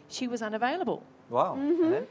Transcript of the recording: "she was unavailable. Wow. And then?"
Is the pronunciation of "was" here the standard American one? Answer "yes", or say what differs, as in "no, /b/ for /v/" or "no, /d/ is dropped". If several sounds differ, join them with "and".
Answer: yes